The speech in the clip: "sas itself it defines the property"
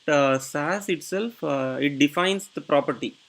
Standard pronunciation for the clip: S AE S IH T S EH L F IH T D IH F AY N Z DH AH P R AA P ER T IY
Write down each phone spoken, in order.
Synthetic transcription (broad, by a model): S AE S IH T S EH L F IH T D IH F AY N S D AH P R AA P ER T IY